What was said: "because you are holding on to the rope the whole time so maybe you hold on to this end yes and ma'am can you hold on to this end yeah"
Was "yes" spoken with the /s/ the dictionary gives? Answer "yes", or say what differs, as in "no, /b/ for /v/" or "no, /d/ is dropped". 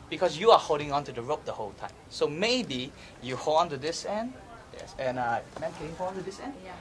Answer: yes